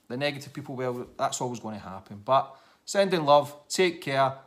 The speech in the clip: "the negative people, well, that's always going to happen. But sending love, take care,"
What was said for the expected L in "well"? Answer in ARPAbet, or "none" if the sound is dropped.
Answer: W